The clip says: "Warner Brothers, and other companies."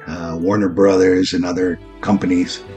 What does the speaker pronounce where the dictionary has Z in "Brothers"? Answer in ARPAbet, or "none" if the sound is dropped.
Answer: Z